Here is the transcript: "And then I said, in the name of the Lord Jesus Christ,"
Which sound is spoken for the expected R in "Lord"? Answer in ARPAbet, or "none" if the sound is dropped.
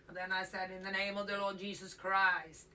R